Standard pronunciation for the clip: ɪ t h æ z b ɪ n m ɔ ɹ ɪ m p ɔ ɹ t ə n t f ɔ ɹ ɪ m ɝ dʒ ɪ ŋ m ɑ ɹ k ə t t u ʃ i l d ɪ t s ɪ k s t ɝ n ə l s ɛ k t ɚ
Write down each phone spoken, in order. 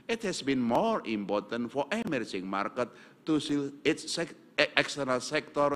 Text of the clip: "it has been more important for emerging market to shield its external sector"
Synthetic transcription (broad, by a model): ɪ t h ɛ s b ɪ n m ɔ ɹ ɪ m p ɔ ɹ t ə n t f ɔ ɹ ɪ m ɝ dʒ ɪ ŋ m ɑ ɹ k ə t t u s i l ɪ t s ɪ k s t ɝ n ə l s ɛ k t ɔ